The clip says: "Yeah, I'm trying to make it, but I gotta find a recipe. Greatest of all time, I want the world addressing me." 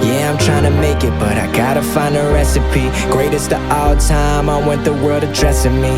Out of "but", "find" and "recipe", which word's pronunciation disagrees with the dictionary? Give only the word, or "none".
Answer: find